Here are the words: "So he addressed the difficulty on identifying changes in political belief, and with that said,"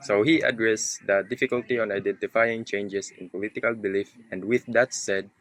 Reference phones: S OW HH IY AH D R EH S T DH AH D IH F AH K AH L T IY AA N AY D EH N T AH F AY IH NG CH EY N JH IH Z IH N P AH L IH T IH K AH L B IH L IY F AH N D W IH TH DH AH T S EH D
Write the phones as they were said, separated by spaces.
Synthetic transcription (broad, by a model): S OW HH IY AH D R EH S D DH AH D IH F AH K AH L T IY AA N AY D EH N T AH F AY IH NG CH EY N JH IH S IH N P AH L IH T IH K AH L B IH L IY F AH N D W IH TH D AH T S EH D